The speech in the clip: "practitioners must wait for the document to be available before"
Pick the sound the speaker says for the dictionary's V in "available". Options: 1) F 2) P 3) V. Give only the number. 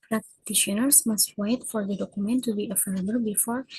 1